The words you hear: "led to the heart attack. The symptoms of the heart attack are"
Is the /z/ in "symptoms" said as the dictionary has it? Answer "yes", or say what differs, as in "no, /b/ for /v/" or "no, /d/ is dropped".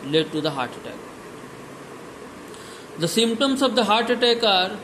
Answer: no, /s/ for /z/